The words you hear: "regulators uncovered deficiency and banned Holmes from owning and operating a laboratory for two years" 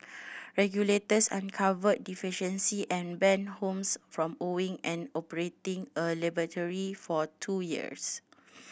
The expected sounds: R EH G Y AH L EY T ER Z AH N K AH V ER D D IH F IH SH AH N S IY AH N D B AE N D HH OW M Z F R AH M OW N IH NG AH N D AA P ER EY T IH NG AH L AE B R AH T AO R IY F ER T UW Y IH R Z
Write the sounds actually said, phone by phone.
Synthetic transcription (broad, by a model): R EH G Y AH L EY T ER S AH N K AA V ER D D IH F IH SH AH N S IY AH N B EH N HH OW M S F R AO M OW IH NG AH N AA P ER EY T IH NG AH L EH B AH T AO R IY F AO T UW Y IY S